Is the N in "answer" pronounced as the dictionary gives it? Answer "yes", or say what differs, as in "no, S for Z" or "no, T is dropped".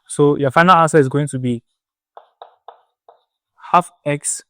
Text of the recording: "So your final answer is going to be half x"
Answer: no, N is dropped